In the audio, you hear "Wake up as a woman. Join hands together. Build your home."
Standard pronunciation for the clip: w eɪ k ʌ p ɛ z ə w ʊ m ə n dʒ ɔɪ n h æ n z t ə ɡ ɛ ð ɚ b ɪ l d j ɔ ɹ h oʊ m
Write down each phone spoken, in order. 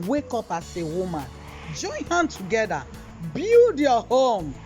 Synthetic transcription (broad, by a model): w eɪ k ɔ p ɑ s ə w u m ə n dʒ ɔɪ n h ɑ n t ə ɡ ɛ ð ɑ b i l d j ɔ h oʊ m